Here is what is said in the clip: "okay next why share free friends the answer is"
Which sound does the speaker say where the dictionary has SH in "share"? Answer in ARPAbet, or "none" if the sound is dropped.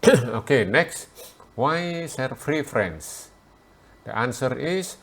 S